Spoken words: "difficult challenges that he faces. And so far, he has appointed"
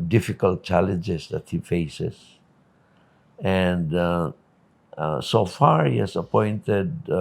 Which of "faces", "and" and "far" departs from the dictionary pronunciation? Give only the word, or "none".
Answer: faces